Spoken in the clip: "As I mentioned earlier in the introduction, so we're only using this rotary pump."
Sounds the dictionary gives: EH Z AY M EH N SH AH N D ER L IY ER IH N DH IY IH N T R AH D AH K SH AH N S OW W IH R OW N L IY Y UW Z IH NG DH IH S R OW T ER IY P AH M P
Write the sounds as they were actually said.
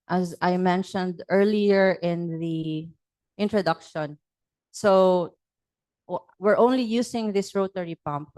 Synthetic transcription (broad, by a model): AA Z AY M EH N SH AH N D ER L IY ER IH N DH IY IH N T R AH D AH K SH AH N S OW W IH R OW N L IY Y UW S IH NG DH IH S R OW T ER IY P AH M P